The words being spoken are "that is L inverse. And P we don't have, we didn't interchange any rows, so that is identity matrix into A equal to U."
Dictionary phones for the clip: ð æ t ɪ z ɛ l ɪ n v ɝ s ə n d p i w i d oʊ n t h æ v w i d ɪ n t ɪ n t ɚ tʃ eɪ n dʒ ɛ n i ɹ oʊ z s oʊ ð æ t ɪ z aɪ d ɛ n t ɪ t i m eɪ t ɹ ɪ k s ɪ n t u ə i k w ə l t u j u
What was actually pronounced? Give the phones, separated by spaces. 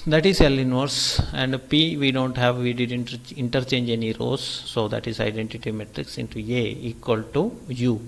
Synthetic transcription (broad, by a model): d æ t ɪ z ɛ l ɪ n v ɝ s ə n d p i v i d oʊ n t h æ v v i d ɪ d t ɪ n t ɚ tʃ eɪ n dʒ ɛ n i ɹ oʊ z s oʊ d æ t ɪ z aɪ d ɛ n t ɪ t i m eɪ t ɹ ɪ k s ɪ n t u ə i k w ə l t u j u